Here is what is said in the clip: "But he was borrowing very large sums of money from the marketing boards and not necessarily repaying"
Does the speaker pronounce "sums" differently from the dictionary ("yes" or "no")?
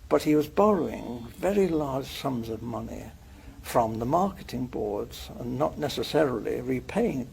no